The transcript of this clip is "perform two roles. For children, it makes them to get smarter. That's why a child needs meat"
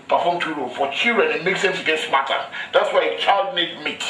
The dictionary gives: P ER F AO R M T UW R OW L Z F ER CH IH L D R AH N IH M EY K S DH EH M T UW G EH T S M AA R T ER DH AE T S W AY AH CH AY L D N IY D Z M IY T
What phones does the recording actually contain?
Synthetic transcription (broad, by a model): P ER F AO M T UW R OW F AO CH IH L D R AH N IH M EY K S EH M S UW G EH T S M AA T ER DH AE T S W AY AH CH AY L D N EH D M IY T